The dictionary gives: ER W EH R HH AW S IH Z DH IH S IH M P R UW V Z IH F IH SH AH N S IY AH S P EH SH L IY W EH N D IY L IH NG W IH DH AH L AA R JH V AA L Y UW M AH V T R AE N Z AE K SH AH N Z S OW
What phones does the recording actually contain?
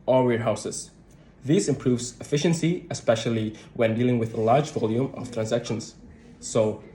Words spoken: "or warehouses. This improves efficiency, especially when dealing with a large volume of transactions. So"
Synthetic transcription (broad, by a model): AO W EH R HH AW S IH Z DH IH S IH M P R UW V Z IH F IH SH AH N S IY AH S P EH SH L IY W EH N D IY L IH NG W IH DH AH L AA R JH V AA L Y UW M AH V T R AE N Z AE K SH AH N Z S OW